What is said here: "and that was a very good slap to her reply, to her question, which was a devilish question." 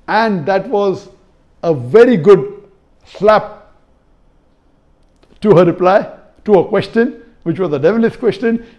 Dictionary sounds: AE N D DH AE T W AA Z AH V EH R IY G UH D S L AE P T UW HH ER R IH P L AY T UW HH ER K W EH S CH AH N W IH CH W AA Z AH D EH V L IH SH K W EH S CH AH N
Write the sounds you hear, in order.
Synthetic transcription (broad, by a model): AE N D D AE T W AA Z AH V EH R IY G UH D S L AE P T UW HH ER R IH P L AY T UW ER K W EH S CH AH N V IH CH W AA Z AH D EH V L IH S K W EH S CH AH N